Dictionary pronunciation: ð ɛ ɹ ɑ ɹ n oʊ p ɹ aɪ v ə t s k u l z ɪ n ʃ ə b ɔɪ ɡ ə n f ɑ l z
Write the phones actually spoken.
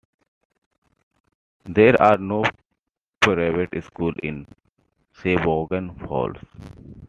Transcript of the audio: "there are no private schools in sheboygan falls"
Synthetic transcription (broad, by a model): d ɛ ɹ ɑ ɹ n oʊ p ɹ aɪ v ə t s k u l ɪ n s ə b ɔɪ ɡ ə n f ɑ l s